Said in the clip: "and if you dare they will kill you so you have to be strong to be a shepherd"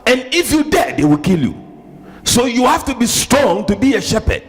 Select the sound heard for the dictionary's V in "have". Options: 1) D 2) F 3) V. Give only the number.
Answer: 2